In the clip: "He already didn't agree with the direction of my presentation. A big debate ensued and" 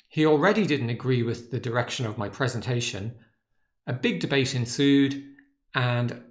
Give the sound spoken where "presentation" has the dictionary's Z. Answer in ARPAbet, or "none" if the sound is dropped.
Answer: Z